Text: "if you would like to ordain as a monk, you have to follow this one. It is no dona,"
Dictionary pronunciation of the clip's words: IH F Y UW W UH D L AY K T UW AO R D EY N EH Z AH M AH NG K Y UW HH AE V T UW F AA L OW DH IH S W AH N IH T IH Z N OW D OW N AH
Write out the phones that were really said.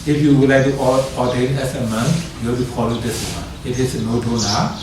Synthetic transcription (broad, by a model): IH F Y UW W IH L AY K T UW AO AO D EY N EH S AH M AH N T Y UW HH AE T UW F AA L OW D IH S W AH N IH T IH S N OW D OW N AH